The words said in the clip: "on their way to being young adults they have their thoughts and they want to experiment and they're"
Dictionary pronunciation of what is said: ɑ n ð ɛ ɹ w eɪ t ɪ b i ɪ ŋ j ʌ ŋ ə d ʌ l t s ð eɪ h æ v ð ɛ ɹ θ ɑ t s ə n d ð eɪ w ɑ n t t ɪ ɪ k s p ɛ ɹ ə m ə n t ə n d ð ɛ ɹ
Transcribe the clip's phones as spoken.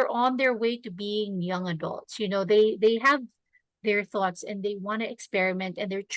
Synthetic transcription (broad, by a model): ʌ n ð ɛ ɹ w eɪ t ɪ b i ɪ ŋ j ʌ ŋ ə d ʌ l t s ð eɪ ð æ v ð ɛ ɹ θ ɑ t s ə n ð eɪ w ɑ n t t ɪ ɪ k s p ɛ ɹ ə m ə n t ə n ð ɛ ɹ